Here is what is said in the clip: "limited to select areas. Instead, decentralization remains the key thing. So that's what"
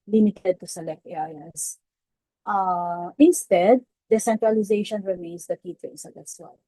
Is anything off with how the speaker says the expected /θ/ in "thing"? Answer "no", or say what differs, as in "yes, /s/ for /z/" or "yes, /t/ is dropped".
yes, /t/ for /θ/